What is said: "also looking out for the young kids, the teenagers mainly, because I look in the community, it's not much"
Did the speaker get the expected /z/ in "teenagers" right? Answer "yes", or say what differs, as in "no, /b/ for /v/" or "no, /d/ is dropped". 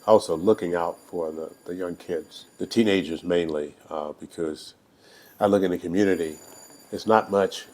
yes